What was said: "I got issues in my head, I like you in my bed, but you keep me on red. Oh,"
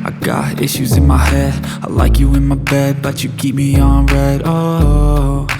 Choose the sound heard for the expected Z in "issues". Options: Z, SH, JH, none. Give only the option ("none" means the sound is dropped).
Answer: Z